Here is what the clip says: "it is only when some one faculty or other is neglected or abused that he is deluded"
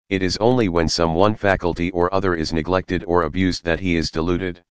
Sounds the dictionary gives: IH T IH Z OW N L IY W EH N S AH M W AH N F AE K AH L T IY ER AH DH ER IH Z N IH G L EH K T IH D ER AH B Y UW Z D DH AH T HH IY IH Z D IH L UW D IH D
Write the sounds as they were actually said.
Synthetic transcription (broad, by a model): IH T IH Z OW N L IY W EH N S AH M W AH N F AE K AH L T IY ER AH DH ER IH Z N IH G L EH K T IH D ER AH B Y UW Z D DH AH T HH IY IH Z D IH L UW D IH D